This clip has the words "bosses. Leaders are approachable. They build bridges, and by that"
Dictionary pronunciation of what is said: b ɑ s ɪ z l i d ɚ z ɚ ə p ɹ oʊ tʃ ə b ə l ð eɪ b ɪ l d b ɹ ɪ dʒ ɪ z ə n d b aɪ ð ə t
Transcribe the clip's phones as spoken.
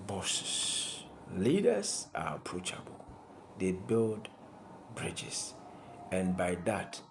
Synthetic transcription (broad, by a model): b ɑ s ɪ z l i d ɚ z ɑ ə p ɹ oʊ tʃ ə b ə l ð eɪ b ɪ l d b ɹ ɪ dʒ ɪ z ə n b aɪ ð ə t